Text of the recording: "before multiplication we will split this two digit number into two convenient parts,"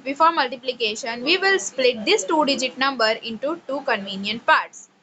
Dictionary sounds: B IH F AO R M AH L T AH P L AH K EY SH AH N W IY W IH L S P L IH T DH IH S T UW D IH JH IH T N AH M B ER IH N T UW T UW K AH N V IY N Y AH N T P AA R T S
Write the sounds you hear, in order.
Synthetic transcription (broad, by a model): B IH F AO R M AH L T AH P L AH K EY SH AH N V IY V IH L S P L IH T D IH S T UW D IH JH IH T N AH M B ER IH N T UW T UW K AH N V IY N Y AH N T P AA R T S